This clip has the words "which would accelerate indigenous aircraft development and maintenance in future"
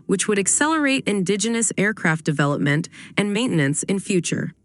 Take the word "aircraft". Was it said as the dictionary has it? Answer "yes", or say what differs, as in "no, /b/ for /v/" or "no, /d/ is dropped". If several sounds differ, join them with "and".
yes